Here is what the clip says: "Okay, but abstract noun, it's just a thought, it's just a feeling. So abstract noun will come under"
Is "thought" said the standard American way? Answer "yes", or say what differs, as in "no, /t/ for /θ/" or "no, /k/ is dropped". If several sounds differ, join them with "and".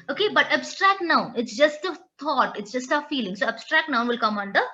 no, /t/ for /θ/